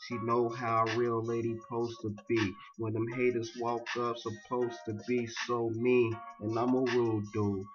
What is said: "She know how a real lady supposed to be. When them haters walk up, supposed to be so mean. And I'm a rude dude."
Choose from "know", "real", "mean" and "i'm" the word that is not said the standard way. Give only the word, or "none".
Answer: mean